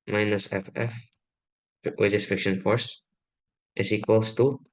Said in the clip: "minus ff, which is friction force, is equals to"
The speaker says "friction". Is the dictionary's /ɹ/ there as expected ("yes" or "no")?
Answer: no